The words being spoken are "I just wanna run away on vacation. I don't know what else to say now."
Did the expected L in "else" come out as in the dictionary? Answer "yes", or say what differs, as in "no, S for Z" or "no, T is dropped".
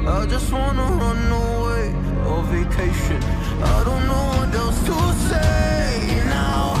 no, L is dropped